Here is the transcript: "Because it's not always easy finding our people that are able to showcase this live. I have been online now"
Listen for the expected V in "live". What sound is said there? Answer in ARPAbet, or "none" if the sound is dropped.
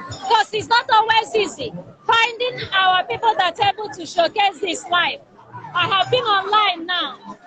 F